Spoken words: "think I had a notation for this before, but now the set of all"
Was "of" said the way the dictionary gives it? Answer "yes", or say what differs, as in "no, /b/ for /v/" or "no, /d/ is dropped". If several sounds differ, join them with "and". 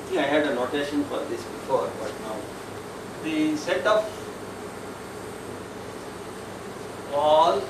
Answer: no, /p/ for /v/